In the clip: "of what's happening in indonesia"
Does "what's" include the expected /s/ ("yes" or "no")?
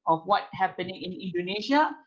no